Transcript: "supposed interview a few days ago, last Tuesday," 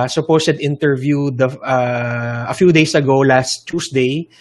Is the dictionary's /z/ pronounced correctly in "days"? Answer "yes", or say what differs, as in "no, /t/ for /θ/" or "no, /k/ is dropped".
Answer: no, /s/ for /z/